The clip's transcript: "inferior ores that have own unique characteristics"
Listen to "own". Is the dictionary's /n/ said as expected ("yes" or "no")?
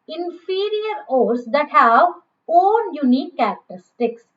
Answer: no